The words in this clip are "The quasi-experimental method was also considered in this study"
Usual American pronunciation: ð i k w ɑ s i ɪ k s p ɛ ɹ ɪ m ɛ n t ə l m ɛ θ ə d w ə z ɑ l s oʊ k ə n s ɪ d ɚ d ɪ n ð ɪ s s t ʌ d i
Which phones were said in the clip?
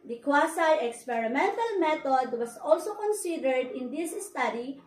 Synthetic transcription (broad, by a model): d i k w ɑ s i ɪ k s p ɛ ɹ ɪ m ɛ n t ə l m ɛ t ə d w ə s ɑ l s oʊ k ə n s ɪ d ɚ d ɪ n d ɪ s s t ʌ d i